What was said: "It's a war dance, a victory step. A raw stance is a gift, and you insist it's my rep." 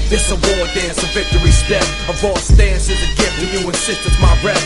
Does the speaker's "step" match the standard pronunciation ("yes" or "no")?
no